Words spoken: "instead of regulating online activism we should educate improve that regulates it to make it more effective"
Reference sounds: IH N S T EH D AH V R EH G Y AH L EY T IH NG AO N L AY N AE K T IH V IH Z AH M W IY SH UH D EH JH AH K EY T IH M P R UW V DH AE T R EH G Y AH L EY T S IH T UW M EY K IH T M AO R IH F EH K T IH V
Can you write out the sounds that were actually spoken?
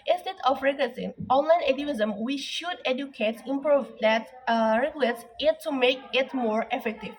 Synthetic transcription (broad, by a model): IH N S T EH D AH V R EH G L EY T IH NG AO N L AY N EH T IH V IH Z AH M W IY SH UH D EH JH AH K EY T IH M P R UW V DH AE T R EH G Y AH L EY T S IH T UW M EY K IH T M AO R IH F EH K T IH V